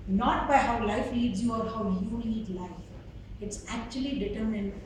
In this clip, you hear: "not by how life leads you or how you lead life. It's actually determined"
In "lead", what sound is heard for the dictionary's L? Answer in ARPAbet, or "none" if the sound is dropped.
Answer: N